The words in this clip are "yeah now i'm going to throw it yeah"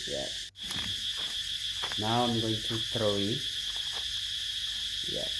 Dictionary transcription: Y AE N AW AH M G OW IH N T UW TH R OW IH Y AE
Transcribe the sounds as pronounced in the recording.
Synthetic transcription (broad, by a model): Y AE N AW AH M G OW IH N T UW T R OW IH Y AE